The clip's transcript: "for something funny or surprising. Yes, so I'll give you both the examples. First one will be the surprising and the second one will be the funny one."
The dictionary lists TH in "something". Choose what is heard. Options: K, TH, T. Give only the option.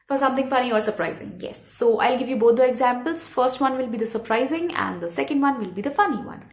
T